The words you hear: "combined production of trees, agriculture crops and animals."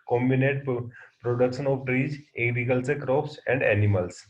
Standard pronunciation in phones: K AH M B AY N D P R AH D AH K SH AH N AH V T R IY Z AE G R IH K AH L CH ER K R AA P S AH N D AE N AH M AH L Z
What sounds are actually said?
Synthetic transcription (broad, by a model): K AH M B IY N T P R AH D AH K SH AH N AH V T R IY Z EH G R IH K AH L S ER K R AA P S AH N D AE N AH M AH L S